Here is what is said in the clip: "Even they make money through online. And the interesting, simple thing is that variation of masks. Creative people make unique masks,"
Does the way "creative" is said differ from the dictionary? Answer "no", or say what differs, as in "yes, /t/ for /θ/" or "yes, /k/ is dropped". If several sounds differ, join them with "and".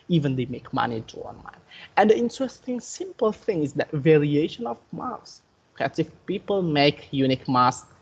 yes, /ɹ/ is dropped